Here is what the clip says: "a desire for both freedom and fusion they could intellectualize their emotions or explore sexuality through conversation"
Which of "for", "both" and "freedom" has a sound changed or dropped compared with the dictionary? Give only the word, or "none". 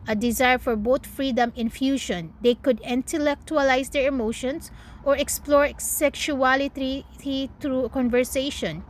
both